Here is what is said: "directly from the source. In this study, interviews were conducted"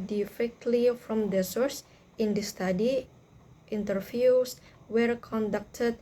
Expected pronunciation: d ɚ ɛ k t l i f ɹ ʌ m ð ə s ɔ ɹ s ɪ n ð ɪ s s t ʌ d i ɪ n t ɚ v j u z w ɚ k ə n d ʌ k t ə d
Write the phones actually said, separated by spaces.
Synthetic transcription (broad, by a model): d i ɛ k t l i f ɹ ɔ m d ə s ɔ ɹ s ɪ n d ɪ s s t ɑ d i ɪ n t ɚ f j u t w ɚ k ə n d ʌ k t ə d